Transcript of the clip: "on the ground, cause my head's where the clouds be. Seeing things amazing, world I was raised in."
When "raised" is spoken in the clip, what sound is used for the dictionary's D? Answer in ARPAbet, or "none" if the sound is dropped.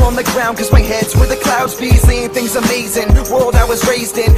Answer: D